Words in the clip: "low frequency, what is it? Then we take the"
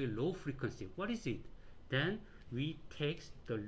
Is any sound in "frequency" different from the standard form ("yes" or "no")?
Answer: no